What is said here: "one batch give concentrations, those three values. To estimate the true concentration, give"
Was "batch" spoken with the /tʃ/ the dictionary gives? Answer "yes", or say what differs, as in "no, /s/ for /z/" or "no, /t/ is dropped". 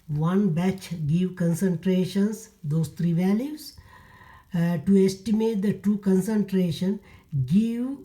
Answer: yes